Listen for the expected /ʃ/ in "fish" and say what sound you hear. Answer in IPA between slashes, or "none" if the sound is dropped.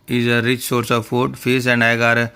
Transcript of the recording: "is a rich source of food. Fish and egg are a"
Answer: /s/